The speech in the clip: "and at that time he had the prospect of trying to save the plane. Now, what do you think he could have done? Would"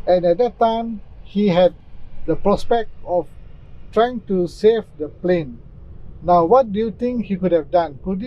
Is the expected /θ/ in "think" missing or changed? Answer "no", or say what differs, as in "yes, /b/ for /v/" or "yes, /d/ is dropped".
yes, /t/ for /θ/